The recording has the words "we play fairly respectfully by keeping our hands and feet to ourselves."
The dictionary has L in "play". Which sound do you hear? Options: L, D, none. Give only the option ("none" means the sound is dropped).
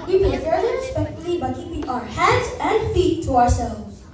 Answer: none